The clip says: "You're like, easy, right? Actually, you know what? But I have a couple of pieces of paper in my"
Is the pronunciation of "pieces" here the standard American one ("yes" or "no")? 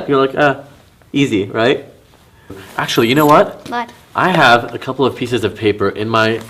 yes